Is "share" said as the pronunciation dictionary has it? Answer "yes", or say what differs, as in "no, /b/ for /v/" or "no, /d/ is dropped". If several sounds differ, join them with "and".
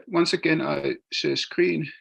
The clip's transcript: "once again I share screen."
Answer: no, /s/ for /ʃ/